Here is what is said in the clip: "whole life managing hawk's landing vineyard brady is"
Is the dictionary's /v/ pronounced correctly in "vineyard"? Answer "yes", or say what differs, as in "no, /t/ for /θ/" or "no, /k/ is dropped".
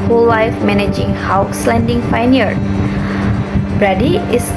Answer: no, /f/ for /v/